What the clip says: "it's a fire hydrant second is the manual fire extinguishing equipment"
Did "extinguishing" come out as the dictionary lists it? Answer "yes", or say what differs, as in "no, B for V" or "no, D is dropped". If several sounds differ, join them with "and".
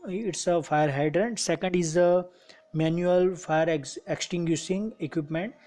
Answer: no, S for SH